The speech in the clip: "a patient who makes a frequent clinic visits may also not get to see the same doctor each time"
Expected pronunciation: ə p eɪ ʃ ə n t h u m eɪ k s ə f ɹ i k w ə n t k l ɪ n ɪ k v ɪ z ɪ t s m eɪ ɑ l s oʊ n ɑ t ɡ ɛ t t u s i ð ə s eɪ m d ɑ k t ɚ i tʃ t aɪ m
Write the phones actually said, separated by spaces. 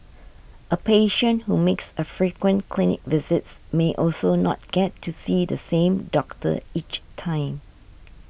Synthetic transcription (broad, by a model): ə p eɪ ʃ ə n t h u m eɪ k s ə f ɹ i k w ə n k l ɪ n ɪ k v ɪ z ɪ t s m eɪ ɑ l s oʊ n ɑ t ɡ ɛ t t u s i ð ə s eɪ m d ɑ k t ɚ i tʃ t aɪ m